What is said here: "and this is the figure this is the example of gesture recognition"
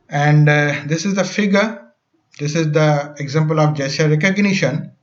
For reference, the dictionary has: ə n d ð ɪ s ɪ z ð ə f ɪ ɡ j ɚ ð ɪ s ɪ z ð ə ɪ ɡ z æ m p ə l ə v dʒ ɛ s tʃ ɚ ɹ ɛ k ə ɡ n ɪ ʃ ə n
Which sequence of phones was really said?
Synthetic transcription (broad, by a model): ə n d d ɪ s ɪ z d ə f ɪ ɡ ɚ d ɪ s ɪ z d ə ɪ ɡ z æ m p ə l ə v dʒ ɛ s ɚ ɹ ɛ k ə ɡ n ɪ ʃ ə n